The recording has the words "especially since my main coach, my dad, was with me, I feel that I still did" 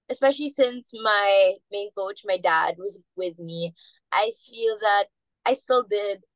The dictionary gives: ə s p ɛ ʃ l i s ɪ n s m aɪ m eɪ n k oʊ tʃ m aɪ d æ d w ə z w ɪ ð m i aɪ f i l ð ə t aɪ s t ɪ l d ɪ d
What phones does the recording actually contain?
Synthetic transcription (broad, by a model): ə s p ɛ ʃ l i s ɪ n s m aɪ m eɪ n k oʊ tʃ m aɪ d æ d w ə z w ɪ ð m i aɪ f i l ð ə t aɪ s t ɪ l d ɪ d